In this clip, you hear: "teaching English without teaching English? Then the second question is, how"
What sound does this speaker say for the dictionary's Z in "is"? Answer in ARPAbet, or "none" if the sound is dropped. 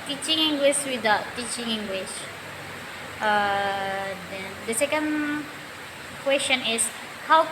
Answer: S